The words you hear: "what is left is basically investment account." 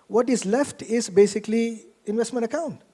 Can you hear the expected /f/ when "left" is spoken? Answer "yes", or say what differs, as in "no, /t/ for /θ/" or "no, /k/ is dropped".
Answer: yes